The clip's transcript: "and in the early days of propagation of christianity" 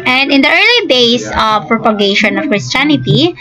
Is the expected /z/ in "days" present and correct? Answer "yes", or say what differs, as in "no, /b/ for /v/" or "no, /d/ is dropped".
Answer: no, /s/ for /z/